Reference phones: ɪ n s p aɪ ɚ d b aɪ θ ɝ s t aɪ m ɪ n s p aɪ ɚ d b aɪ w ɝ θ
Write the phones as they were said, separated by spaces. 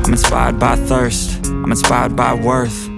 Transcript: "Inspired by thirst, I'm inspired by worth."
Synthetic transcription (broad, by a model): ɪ n s p aɪ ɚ d b aɪ θ ɝ s t aɪ m ɪ n s p aɪ ɚ d b aɪ w ɝ θ